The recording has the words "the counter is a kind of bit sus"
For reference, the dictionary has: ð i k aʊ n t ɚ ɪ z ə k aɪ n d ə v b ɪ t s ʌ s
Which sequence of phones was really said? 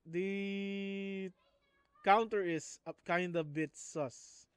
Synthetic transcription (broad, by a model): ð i k aʊ n t ɚ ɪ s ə k aɪ n d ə b ɪ t s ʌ s